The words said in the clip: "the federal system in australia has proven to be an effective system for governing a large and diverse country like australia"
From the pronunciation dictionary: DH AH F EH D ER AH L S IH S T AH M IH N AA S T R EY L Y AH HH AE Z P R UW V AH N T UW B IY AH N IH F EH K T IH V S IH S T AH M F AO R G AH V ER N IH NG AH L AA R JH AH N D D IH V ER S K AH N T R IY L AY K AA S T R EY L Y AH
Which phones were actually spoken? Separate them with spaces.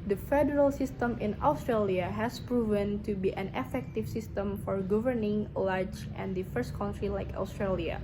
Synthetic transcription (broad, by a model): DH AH F EH D ER AH L S IH S T AH M IH N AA S T R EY L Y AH HH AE S P R UW V AH N T UW B IY AH N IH F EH K T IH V S IH S T AH M F AO R G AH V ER N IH NG L AA R JH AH N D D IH F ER S K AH N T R IY L AY K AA S T R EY L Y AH